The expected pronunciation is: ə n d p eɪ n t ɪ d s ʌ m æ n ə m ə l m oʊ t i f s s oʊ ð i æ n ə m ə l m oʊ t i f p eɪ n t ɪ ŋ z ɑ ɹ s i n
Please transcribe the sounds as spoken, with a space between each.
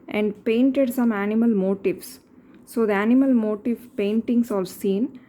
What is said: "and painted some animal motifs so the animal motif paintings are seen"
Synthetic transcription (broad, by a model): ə n d p eɪ n t ɪ d s ʌ m æ n ə m ə l m oʊ t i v s s oʊ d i æ n ə m ə l m oʊ t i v p eɪ n t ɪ ŋ s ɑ l s i n